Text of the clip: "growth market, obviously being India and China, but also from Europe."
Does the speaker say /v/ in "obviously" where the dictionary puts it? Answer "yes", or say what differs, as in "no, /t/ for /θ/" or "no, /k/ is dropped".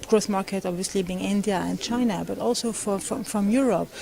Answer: yes